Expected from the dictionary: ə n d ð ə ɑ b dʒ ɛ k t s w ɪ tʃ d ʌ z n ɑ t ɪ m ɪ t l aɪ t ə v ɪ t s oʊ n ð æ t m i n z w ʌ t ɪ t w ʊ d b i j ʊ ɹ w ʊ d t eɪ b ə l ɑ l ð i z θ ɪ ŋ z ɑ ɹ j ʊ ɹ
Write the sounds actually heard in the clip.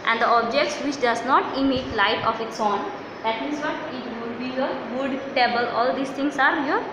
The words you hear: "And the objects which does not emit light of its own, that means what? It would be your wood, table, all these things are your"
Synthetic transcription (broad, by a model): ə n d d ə ɑ b dʒ ɛ k t s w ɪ tʃ d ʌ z n ɑ t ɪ m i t l aɪ t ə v ɪ t s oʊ n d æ t m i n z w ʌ t ɪ t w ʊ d b i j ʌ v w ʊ d t eɪ b ə l ɑ l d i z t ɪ ŋ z ɑ ɹ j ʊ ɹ